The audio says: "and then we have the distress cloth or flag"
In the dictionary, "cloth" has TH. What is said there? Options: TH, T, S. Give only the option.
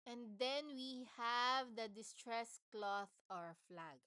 TH